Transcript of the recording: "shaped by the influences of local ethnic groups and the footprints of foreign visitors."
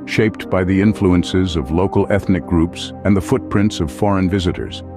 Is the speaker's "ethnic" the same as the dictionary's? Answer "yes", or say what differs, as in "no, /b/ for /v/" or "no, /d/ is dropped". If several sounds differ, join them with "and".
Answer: yes